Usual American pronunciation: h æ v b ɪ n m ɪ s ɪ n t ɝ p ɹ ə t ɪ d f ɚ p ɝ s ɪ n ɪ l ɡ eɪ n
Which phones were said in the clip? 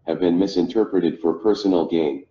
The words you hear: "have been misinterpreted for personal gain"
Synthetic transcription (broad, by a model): h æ v b ɪ n m ɪ s ɪ n t ɝ p ɹ ə t ɪ d f ɚ p ɝ s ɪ n l ɡ eɪ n